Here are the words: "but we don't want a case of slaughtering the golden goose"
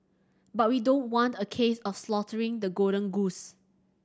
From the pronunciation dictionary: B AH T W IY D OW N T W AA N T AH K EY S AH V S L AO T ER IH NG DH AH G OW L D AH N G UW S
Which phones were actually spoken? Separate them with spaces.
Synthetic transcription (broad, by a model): B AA T W IY D OW N T W AA N T AH K EY S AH F S L AO T ER IH NG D AH G OW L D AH N G UW S